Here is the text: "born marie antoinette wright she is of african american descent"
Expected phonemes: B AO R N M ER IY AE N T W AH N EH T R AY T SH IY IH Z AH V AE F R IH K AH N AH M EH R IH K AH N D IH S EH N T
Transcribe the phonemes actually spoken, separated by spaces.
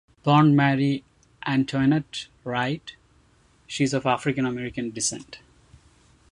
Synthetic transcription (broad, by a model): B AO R N M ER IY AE N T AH N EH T R AY T SH IY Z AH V AE F R IH K AH N AH M EH R IH K AH N D IH S EH N T